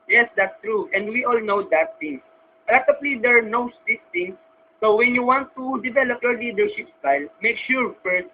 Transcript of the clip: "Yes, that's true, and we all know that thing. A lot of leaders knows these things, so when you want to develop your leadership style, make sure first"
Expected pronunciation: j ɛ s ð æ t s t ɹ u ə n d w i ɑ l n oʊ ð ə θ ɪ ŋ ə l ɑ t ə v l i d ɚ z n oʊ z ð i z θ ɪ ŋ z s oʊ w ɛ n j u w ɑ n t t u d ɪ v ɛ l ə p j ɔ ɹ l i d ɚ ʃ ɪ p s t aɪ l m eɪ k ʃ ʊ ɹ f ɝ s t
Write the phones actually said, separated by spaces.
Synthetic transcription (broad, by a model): j ɛ s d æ t s t ɹ u ə n d w i ɑ l n oʊ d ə t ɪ ŋ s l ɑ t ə p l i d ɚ n oʊ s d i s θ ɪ ŋ s oʊ w ɛ n j u w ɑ n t t u d ɪ v ɛ l ə p j ɔ ɹ l i d ɚ ʃ ɪ p s t aɪ l m eɪ k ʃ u ɹ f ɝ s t